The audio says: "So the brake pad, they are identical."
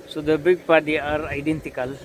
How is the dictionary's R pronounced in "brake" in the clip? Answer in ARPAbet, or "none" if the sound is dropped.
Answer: none